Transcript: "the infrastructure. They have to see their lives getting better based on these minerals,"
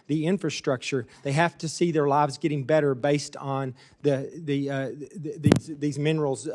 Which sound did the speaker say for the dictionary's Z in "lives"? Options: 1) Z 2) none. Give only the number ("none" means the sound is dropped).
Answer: 1